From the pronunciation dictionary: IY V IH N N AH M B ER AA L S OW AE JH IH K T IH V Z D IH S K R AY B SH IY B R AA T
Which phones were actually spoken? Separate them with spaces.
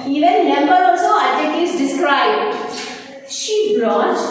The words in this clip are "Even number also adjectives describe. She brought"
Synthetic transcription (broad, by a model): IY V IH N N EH M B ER AA L S OW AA IH T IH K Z D IH S K R AY B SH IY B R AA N